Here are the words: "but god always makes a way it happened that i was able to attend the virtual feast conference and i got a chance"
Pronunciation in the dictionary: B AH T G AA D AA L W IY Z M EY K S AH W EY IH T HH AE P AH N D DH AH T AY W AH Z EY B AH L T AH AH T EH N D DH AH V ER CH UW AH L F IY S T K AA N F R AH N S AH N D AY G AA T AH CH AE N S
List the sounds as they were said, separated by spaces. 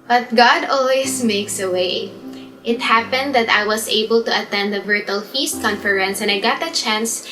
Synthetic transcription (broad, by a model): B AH T G AA D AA L W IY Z M EY K S AH W EY IH T HH AE P AH N D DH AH T AY W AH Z EY B AH L T AH AH T EH N D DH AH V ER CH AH L F IY S T K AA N F R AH N S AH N AY G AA T AH CH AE N S